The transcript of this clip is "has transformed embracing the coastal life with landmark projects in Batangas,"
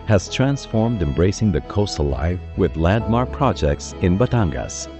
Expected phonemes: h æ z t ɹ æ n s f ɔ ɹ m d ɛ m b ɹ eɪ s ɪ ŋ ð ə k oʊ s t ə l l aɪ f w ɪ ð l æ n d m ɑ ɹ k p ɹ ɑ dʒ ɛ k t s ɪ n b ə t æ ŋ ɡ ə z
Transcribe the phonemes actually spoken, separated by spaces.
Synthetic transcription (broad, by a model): h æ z t ɹ æ n s f ɔ ɹ m d ɛ m b ɹ eɪ s ɪ ŋ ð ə k oʊ s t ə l l aɪ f w ɪ ð l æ d m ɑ ɹ p ɹ ɑ dʒ ɛ k t s ɪ n b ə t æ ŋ ɡ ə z